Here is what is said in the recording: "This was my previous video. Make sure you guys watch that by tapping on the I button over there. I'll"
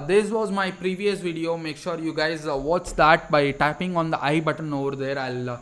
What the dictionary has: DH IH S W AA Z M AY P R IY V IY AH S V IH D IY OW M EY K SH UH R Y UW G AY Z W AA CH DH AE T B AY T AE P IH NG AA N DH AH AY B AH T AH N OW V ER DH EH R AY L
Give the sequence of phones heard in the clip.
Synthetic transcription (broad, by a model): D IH S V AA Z M AY P R IY V IY AH S V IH D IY OW M EY K SH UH R Y UW G AY Z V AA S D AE T B AY T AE P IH NG AA N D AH AY B AH T AH N OW V ER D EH R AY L